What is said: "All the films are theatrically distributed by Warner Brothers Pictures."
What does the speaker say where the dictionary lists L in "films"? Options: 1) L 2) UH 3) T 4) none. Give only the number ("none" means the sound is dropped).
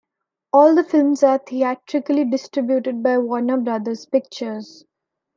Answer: 1